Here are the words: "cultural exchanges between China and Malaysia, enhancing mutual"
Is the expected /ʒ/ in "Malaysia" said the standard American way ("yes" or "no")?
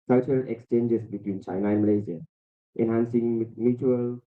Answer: no